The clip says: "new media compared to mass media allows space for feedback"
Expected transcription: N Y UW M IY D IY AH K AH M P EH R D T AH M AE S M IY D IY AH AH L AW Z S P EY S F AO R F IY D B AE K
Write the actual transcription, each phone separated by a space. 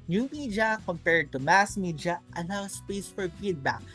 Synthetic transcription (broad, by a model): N Y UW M IY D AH K AH M P EH R D T AH M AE S M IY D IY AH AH N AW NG S P EY S F AO R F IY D B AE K